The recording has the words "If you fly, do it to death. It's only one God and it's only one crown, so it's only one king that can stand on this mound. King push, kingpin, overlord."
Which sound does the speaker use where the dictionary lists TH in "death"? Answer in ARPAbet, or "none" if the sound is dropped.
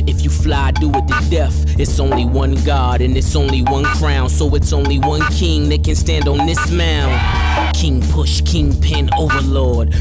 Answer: F